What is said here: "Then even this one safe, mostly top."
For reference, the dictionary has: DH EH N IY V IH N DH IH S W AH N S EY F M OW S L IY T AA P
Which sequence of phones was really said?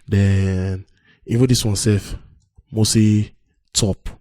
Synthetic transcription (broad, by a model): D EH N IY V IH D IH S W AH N S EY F M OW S IY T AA P